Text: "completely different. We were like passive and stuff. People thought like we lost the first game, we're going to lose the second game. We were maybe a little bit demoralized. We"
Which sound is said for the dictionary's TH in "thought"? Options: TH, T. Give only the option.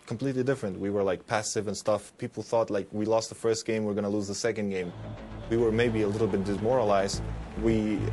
TH